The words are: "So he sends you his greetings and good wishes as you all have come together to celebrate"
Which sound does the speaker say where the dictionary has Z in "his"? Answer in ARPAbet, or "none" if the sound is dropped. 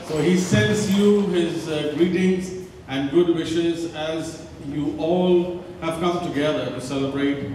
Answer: Z